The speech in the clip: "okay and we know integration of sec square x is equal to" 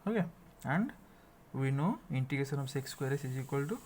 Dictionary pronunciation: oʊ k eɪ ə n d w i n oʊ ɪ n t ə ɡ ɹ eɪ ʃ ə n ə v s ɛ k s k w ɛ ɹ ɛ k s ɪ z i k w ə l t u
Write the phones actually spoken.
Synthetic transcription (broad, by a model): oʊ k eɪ ə n d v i n oʊ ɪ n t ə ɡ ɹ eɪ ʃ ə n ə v s ɛ k s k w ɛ ɹ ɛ s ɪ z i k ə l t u